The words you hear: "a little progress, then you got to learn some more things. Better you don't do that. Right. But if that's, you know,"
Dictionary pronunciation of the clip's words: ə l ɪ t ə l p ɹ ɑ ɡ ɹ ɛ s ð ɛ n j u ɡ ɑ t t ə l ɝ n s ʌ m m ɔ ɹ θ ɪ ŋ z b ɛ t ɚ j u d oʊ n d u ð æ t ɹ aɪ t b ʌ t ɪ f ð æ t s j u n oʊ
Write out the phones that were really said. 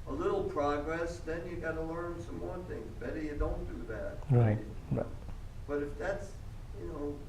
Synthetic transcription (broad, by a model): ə l ɪ t l p ɹ ɑ ɡ ɹ ɛ s ð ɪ n j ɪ ɡ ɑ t t ə l ɝ n s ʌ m m ɔ ɹ θ ɪ ŋ z b ɛ t ɚ j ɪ d oʊ n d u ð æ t ɹ aɪ t b ʌ t ɪ f ð æ t s j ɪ n oʊ